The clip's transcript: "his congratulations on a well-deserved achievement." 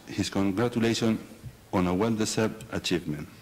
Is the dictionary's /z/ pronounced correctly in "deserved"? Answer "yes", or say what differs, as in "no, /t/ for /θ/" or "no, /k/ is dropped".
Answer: no, /s/ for /z/